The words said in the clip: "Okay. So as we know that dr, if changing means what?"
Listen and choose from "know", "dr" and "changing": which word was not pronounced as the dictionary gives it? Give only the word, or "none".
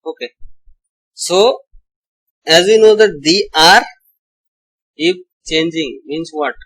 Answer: dr